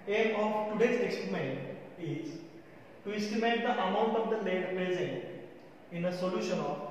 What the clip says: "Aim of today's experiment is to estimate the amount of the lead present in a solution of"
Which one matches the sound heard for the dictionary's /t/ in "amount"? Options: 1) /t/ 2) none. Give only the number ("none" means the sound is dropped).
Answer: 1